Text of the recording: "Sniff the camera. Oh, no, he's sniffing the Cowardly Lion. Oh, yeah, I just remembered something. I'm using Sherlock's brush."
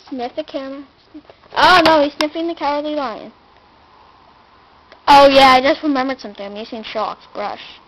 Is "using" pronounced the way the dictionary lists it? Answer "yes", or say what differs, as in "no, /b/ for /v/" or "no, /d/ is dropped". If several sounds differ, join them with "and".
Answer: no, /s/ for /z/